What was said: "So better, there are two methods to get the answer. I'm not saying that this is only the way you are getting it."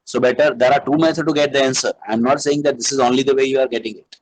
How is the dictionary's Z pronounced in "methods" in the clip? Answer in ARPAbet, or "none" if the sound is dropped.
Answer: none